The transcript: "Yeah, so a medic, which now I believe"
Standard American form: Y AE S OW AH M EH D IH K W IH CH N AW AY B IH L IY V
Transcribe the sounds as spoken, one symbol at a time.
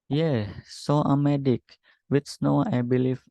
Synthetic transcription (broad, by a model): Y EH S OW AH M EH D IH K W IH S N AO AY B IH L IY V